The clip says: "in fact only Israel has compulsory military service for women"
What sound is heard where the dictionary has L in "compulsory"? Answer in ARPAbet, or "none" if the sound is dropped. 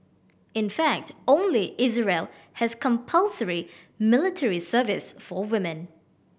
L